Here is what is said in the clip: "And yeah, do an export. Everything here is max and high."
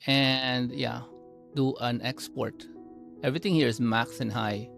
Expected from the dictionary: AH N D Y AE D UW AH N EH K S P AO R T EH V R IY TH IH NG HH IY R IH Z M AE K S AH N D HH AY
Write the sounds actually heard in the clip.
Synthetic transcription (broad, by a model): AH N D Y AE D UW AH N EH K S P AO R T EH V R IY T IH NG HH IY R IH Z M AE K S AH N HH AY